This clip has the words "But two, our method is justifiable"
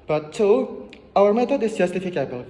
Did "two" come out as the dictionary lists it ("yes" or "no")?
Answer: no